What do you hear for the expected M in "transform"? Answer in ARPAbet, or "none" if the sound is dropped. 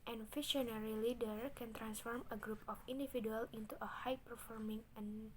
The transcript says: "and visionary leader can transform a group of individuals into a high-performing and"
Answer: M